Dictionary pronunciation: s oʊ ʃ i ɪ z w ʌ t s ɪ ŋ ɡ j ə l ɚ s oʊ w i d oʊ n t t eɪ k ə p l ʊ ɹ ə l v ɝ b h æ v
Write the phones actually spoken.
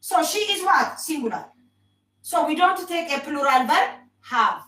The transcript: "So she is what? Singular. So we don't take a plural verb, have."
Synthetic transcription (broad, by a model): s oʊ ʃ i ɪ z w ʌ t s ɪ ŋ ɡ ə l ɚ s oʊ w i d oʊ n t t eɪ k ə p l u ɹ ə l b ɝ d h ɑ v